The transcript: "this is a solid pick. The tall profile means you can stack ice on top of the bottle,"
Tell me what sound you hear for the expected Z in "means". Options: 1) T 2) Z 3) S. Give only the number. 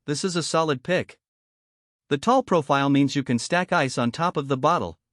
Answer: 2